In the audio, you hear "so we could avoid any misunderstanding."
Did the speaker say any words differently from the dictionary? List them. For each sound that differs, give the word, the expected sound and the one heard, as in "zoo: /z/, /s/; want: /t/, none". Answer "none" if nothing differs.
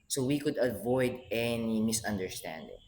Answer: none